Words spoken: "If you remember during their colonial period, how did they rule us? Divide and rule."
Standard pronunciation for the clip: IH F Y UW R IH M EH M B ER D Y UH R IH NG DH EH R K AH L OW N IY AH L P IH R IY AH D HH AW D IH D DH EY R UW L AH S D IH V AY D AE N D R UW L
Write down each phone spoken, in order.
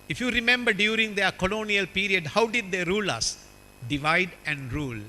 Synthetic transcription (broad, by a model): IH F Y UW R IH M EH M B ER D Y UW R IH NG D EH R K AH L OW N IY AH L P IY R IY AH D HH AW D IH D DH EY R UW L AH S D IH V AY D AE N D R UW L